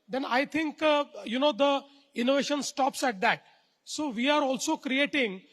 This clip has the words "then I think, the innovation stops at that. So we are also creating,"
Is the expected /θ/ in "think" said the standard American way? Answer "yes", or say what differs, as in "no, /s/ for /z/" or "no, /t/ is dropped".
no, /t/ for /θ/